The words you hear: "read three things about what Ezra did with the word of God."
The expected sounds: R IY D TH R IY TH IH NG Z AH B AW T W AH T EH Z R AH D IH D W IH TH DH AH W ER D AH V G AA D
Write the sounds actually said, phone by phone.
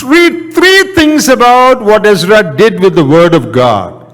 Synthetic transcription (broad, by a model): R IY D T R IY T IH NG S AH B AW T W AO T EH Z R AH D IH D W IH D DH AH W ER D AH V G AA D